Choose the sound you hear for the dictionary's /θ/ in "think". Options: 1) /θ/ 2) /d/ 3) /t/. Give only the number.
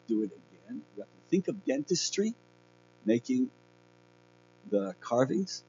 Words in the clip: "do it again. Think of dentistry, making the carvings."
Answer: 1